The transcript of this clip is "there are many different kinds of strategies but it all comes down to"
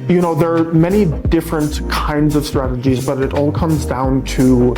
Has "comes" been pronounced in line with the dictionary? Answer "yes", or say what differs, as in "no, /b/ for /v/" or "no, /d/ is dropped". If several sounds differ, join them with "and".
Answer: yes